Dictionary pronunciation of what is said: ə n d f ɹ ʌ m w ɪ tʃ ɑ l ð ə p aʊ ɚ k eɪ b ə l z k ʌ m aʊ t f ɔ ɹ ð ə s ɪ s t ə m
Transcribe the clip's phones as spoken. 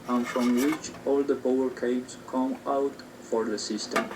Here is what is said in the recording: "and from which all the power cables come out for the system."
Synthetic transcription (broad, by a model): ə n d f ɹ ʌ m w ɪ tʃ ɑ l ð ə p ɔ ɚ k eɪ ə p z k ʌ m aʊ t f ɔ ɹ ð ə s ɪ s t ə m